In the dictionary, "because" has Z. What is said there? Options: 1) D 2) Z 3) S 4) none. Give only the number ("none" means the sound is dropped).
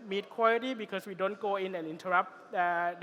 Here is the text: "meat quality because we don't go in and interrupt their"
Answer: 3